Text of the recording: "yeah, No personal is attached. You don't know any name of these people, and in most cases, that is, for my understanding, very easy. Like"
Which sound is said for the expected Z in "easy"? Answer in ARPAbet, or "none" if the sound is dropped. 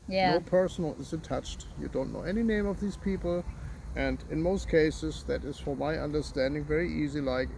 Z